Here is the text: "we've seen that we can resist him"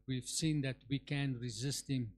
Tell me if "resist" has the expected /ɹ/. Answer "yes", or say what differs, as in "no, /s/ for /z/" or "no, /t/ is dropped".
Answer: yes